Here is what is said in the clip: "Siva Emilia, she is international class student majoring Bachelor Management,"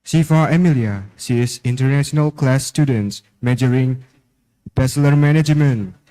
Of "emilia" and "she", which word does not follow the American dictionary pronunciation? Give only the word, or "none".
she